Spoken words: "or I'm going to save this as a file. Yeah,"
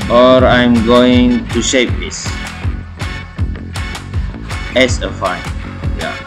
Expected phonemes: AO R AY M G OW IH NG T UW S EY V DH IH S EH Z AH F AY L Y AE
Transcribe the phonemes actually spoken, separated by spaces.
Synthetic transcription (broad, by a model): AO R AY M G OW IH NG T UW SH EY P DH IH S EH S AH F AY N Y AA